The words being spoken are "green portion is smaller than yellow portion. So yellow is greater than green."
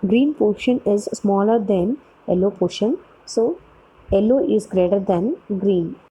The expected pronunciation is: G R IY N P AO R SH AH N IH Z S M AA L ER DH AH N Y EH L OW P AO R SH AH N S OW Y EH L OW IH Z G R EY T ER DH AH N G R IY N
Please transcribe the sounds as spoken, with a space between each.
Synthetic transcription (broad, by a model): G R IY N P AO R SH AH N IH Z S M AA L ER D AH N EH L OW P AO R SH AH N S OW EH L OW IH Z G R EY T ER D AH N G R IY N